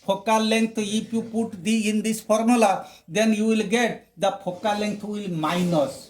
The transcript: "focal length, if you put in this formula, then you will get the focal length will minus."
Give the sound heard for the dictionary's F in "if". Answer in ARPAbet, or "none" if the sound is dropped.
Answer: P